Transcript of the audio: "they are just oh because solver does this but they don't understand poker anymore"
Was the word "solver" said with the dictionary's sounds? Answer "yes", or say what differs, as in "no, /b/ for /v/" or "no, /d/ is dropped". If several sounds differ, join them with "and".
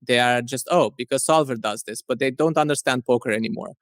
yes